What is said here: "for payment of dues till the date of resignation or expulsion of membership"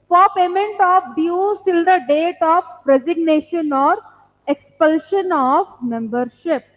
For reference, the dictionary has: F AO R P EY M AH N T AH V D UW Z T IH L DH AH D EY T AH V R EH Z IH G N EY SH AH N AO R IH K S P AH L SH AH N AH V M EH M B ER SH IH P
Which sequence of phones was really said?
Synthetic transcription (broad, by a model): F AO R P EY M AH N T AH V D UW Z T IH L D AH D EY T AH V R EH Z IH G N EY SH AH N AO R IH K S P AH L SH AH N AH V M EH M B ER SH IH P